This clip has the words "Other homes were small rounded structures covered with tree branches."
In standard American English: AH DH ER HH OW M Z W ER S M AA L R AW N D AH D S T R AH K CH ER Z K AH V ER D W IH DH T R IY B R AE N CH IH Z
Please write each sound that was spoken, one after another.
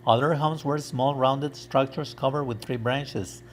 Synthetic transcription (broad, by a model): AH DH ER HH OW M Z W ER S M AA L R AW N D AH D S T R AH K CH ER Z K AH V ER D W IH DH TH R IY B R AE N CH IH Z